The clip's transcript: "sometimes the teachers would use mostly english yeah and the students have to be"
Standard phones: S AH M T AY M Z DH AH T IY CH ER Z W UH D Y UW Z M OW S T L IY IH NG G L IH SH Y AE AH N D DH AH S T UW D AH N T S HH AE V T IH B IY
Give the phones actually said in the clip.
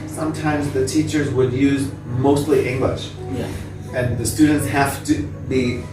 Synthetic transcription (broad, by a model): S AH M T AY M Z DH AH T IY CH ER Z W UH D Y UW Z M OW S T L IY IH NG G L IH SH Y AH N DH AH S T UW D N T S HH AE F T IH B IY